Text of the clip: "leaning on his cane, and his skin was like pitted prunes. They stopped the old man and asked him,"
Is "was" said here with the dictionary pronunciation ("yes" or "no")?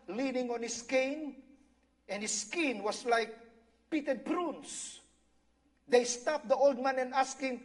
no